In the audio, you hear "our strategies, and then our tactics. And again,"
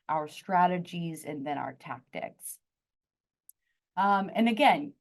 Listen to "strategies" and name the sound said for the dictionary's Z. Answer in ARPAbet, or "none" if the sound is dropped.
Z